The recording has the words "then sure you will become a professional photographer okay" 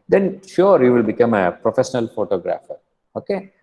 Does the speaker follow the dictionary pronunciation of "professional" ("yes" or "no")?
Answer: yes